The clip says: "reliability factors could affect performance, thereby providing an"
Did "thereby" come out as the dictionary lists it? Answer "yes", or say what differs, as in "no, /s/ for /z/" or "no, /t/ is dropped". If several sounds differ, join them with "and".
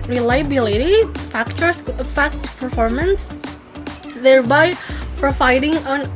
yes